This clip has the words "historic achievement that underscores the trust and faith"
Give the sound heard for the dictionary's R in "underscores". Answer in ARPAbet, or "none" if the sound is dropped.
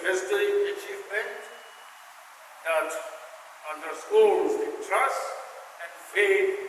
L